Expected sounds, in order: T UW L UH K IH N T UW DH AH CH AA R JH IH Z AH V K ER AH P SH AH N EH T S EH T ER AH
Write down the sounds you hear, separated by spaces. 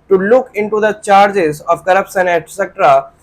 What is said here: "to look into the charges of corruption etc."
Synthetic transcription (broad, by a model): T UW L UH K IH N T UW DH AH CH AA R JH IH Z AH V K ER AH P S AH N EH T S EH T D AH